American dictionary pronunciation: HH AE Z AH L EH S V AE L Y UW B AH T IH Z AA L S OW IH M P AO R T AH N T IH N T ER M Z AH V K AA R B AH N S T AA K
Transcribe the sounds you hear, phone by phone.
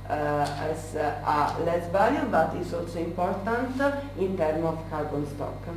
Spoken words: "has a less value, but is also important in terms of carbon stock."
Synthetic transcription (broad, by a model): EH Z AH L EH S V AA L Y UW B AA T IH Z AA L S OW IH M P AO R T AH N T IH N T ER M AH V K AA R B AH N S T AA K